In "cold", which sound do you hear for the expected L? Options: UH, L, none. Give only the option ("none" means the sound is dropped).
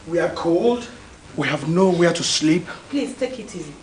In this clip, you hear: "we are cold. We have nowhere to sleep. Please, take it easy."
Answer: L